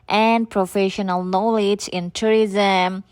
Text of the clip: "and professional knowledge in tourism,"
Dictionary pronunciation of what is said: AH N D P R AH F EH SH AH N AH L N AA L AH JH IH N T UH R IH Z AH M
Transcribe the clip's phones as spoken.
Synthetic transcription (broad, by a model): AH N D P R AH F EH SH AH N AH L N AA L AH JH IH N T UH R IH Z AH M